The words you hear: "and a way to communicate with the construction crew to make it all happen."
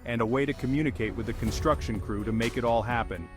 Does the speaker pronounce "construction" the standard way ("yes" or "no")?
yes